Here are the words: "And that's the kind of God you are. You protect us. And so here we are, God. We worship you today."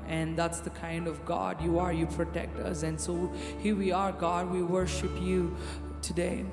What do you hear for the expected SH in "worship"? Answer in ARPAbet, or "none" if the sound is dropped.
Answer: SH